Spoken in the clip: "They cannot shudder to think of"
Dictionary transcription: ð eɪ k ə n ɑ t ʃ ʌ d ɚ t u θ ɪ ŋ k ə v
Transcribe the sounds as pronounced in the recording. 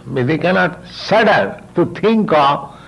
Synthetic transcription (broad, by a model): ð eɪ k ə n ɑ t s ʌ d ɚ t u t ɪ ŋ k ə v